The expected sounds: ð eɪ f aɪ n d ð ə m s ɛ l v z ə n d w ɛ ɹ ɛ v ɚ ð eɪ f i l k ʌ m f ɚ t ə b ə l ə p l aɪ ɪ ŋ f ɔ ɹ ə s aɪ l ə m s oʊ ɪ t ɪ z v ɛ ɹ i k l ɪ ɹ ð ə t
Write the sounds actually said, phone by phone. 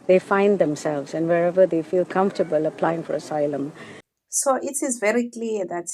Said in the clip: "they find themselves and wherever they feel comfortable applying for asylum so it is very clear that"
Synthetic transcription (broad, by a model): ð eɪ f aɪ n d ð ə m s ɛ l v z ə n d w ɛ ɹ ɛ v ɚ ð eɪ f i l k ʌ m f t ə b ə l ə p l aɪ ɪ ŋ f ɔ ɹ ə s aɪ l ə m s oʊ ɪ t ɪ z v ɛ ɹ i k l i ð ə t